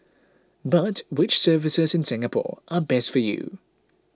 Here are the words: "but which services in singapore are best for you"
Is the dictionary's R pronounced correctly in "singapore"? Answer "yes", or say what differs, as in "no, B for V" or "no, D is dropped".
yes